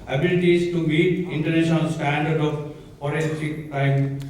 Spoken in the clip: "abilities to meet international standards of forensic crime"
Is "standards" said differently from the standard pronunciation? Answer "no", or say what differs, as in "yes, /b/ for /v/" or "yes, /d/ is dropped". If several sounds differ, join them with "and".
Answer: yes, /z/ is dropped